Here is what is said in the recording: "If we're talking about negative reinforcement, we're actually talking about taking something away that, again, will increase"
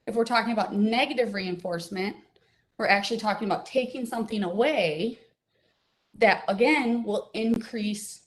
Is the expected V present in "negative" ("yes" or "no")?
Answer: yes